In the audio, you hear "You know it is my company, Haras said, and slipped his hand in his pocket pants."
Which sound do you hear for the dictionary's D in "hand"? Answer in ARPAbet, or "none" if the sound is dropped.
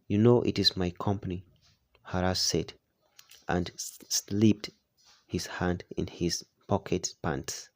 D